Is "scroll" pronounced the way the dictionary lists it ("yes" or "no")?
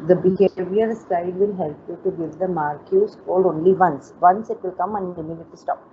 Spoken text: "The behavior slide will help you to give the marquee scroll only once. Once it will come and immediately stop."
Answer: no